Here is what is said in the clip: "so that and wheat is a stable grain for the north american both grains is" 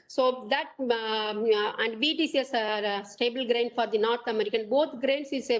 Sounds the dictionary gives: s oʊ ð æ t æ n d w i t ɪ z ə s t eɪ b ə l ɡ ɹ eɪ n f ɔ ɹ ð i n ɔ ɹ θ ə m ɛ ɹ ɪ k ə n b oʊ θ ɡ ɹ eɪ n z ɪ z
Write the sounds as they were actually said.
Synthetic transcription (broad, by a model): s oʊ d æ t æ n d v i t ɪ s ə s t eɪ b ə l ɡ ɹ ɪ n f ɔ ɹ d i n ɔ ɹ t ə m ɛ ɹ ɪ k ə n b oʊ t ɡ ɹ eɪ n s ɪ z